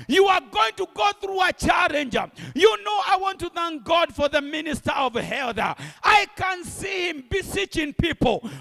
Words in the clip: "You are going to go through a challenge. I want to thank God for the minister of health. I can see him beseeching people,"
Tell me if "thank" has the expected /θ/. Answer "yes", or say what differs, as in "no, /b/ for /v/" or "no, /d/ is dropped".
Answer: yes